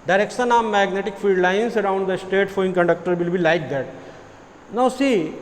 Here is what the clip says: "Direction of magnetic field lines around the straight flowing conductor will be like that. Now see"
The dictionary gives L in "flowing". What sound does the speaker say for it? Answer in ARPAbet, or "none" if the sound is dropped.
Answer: none